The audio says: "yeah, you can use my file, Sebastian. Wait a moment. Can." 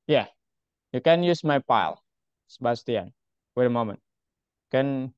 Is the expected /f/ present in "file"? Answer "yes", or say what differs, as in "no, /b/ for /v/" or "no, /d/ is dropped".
no, /p/ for /f/